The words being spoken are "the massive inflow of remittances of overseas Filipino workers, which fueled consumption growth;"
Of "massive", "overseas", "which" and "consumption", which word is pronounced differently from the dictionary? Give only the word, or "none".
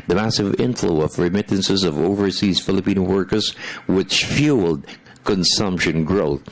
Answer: none